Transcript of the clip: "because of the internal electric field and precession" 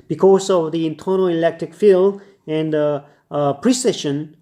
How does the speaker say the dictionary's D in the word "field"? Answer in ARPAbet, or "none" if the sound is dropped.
none